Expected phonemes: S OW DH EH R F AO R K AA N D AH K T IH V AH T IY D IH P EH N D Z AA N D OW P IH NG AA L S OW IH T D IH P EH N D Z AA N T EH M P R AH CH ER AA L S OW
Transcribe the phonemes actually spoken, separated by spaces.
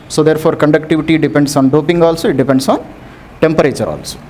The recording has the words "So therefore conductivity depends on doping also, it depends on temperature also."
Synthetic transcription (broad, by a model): S OW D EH R P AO R K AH N D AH K T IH V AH T IY D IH P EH N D S AA N D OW P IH NG AA L S OW IH T D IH P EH N D S AA N T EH M P R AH CH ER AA L S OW